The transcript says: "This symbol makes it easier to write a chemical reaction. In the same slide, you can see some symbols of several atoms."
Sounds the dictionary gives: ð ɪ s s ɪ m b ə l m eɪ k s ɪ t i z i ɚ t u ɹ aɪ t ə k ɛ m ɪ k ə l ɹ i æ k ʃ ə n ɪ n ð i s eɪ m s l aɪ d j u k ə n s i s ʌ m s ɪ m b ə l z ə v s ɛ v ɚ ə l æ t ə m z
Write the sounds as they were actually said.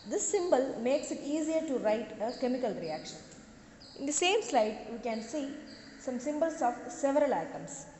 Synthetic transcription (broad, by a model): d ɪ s s ɪ m b ə l m eɪ k s ɪ t i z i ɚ t u ɹ aɪ t ə k ɛ m ɪ k ə l ɹ i æ k ʃ ə n ɪ n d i s eɪ m s l aɪ d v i k ə n s i s ʌ m s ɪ m b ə l s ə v s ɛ v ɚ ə l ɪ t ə m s